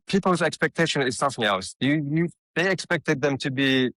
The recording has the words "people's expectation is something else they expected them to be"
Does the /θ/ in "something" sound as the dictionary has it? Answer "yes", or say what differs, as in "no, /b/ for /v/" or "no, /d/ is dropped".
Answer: yes